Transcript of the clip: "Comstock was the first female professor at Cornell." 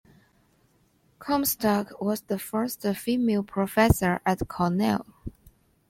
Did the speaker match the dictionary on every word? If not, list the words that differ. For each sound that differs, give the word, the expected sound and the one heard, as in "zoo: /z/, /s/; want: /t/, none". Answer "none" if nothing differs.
none